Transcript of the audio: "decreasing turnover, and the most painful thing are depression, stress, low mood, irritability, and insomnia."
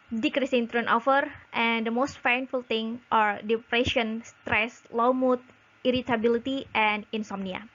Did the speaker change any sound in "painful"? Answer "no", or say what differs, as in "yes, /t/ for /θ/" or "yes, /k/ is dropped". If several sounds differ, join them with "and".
yes, /f/ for /p/